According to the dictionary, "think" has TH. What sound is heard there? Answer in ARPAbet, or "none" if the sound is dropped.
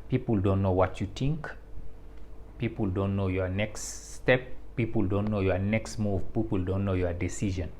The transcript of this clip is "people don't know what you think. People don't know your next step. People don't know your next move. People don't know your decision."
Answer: T